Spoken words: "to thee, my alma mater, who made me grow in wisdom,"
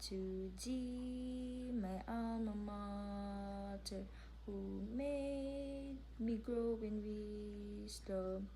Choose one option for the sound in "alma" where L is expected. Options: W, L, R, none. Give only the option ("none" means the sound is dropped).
none